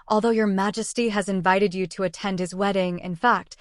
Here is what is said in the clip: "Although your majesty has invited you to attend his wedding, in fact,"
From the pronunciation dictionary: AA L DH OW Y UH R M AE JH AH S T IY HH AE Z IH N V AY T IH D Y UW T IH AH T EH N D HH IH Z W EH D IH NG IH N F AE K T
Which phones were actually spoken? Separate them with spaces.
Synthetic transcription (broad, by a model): AA L DH OW Y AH R M AE JH AH S T IY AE Z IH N V AY T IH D Y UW T IH AH T EH N D HH IH Z W EH D IH NG IH N F AE K T